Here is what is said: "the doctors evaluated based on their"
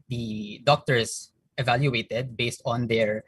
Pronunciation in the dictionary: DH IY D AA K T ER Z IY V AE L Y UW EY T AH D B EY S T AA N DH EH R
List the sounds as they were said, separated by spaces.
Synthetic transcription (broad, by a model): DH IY D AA K T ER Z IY V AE L Y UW EY T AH D B EY S T AA N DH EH R